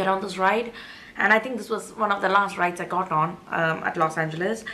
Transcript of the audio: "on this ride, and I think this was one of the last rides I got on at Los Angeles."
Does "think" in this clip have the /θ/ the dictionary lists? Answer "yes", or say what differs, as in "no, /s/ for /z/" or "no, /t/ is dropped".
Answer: no, /t/ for /θ/